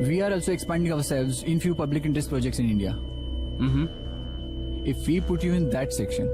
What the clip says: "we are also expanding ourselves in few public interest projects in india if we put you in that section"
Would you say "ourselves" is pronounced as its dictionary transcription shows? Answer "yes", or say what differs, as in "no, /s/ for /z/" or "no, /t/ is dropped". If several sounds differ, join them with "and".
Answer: yes